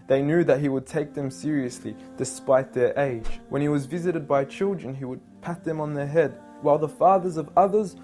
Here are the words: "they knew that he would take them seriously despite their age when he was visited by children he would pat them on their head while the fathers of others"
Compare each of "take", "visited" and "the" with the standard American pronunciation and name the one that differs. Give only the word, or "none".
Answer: none